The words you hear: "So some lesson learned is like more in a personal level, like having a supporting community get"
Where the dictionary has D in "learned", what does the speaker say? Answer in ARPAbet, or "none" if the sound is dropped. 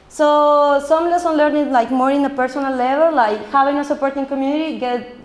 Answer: none